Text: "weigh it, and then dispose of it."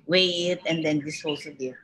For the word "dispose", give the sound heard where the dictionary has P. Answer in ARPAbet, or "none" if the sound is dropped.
none